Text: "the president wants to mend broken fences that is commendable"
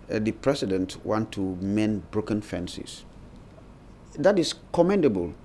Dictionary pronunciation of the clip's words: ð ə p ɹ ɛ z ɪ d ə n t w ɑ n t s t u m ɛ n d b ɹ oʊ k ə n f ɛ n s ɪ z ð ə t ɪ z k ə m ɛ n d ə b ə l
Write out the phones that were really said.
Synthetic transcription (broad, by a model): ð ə p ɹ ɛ s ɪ d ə n t w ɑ n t t u m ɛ n b ɹ oʊ k ə n f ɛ n s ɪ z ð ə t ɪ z k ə m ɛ n d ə b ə l